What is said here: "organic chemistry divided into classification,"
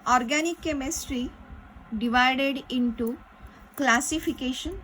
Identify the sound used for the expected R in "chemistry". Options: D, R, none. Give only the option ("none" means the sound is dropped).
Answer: R